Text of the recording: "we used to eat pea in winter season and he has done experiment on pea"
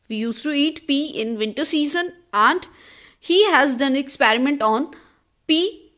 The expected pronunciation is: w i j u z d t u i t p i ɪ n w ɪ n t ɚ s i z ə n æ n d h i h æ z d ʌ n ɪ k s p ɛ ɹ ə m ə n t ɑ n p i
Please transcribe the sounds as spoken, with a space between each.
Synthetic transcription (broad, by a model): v i j u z t u i t p i ɪ n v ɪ n t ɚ s i z ə n æ n d h i h æ z d ʌ n ɪ k s p ɛ ɹ ə m ə n t ɑ n p i